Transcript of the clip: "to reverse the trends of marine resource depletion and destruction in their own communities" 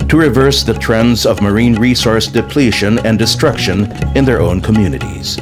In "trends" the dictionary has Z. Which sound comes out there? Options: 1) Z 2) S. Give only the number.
1